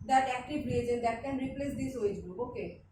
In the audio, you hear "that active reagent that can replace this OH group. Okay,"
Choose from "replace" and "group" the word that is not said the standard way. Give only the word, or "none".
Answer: group